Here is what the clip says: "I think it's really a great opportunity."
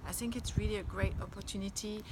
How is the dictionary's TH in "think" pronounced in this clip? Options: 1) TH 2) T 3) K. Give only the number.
1